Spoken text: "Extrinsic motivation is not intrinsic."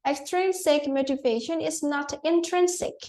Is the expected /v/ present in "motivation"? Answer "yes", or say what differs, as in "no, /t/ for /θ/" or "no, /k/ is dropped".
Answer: yes